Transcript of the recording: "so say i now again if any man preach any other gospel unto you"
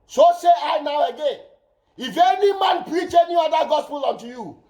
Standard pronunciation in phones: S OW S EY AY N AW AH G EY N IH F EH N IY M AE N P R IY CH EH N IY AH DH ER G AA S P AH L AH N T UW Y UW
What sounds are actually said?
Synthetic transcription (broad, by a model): S OW S EY AY N AW AH G EY N IH F EH N IY M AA N P R IY CH EH N IY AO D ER G AA S P AH L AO N T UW Y UW